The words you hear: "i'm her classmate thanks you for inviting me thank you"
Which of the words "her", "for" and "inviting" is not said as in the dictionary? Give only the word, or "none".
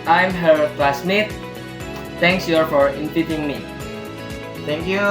inviting